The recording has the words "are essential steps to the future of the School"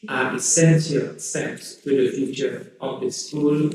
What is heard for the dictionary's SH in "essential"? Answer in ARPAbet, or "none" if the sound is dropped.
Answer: S